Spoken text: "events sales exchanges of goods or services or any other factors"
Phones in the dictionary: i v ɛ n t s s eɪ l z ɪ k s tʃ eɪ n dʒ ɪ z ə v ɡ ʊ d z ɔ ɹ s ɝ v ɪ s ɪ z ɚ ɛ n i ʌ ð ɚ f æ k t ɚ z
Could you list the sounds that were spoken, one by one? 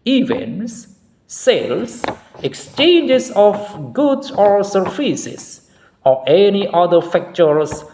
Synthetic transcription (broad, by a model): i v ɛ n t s s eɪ l s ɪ k s tʃ eɪ n dʒ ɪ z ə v ɡ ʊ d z ɔ ɹ s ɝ f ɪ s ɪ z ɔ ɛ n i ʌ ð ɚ f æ k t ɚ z